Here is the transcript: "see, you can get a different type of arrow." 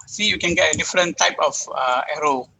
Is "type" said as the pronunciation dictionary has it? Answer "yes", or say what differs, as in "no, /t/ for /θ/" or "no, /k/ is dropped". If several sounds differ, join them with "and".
yes